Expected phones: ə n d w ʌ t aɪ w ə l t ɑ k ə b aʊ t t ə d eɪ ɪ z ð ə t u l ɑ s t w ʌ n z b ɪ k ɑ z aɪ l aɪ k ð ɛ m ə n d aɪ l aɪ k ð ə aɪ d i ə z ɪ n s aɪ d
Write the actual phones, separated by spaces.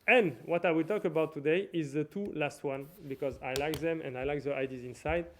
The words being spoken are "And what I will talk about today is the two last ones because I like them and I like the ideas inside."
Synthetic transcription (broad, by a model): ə n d w ʌ t aɪ w ə l t ɑ k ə b aʊ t t ə d eɪ ɪ z ð ə t u l ɑ s t w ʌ n b ɪ k ɑ z aɪ l aɪ k ð ɛ m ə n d aɪ l aɪ k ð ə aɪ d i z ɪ n s aɪ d